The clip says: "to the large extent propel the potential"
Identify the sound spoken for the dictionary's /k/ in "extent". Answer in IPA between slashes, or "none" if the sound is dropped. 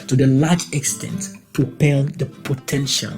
/k/